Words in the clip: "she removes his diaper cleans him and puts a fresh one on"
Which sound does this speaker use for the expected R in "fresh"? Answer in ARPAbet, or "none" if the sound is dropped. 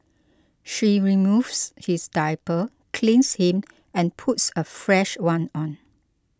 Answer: R